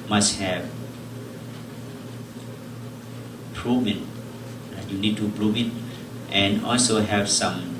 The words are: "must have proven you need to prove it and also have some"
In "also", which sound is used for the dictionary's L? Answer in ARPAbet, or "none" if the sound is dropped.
L